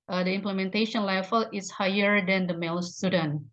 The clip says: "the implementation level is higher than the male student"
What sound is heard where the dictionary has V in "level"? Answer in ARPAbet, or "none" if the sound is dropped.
F